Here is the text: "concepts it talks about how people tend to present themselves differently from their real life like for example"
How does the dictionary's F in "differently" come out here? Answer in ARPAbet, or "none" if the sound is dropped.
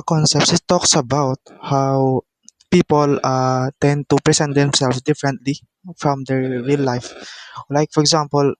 F